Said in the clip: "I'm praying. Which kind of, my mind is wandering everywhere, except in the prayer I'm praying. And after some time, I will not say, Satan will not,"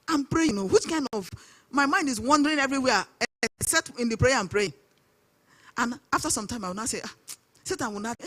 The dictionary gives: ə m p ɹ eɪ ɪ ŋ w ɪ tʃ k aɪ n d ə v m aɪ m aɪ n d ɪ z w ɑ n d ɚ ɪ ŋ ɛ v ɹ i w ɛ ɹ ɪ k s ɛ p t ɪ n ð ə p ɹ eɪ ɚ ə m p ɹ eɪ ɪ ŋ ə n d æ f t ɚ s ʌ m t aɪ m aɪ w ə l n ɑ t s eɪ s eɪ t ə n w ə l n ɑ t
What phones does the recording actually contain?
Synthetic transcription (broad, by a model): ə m p ɹ eɪ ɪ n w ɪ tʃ k aɪ n d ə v m aɪ m aɪ n d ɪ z w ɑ n d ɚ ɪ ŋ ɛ v ɹ i w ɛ s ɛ t ɪ n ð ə p ɹ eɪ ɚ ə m p ɹ eɪ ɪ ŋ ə n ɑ f t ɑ s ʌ m t aɪ m aɪ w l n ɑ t s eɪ s eɪ t ə n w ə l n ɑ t